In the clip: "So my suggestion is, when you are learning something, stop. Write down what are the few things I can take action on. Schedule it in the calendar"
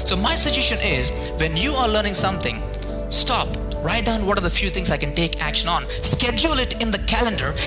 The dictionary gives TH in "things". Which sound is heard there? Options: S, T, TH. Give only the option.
T